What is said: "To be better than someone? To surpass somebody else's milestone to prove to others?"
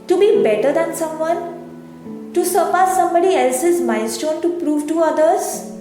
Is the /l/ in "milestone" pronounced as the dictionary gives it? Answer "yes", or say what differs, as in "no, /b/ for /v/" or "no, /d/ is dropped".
no, /n/ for /l/